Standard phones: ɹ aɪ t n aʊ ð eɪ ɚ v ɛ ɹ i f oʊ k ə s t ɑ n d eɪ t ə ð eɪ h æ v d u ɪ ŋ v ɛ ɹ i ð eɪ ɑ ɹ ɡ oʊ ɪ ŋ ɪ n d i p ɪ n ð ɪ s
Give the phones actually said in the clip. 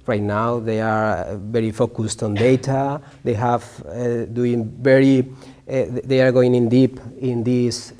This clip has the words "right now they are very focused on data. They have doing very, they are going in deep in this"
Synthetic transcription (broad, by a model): ɹ aɪ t n aʊ ð eɪ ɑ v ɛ ɹ i f oʊ k ə s t ɑ n d eɪ t ə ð eɪ h æ v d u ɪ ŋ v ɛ ɹ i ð eɪ ɑ ɹ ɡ oʊ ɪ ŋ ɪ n d i p ɪ n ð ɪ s